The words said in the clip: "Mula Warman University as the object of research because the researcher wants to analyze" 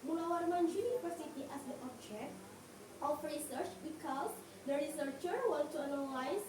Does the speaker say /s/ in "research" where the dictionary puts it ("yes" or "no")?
yes